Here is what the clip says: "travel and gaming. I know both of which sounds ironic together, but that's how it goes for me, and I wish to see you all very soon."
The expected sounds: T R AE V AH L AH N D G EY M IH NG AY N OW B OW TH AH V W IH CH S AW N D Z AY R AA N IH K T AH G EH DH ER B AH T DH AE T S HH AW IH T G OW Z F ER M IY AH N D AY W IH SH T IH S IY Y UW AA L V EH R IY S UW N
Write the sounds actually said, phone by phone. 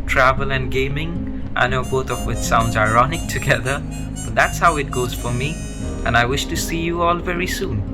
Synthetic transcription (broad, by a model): T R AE V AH L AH N G EY M IH NG AY N OW B OW TH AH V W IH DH S AW N D Z AY R AA N IH K T AH G EH DH ER B AH T DH AE T S HH AW IH T G OW Z F ER M IY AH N AY W IH SH T IH S IY Y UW AA L V EH R IY S UW N